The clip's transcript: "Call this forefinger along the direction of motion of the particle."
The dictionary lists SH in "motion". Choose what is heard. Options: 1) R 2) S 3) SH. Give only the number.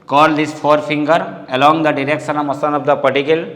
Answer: 2